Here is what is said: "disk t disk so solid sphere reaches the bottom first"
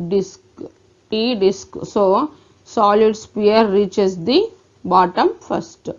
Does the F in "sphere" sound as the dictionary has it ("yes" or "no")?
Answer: no